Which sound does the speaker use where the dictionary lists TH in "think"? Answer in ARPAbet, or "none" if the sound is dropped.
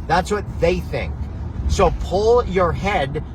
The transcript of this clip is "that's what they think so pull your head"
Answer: TH